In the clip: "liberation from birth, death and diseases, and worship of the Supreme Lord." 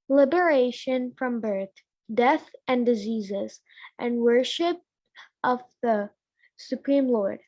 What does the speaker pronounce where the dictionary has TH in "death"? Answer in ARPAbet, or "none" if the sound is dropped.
TH